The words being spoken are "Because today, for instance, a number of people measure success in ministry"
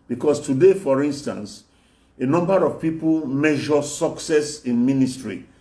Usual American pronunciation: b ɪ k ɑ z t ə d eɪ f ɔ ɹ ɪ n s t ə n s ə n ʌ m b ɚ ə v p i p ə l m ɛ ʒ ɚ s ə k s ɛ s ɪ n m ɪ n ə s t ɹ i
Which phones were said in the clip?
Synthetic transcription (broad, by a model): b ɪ k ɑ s t ə d eɪ f ɔ ɹ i n s t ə n s ə n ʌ m b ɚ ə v p i p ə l m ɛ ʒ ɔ s ə k s ɛ s ɪ n m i n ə s t ɹ i